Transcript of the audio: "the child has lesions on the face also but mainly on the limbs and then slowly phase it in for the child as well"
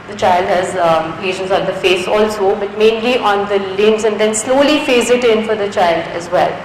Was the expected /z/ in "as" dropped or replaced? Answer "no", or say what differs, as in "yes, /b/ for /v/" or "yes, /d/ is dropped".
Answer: no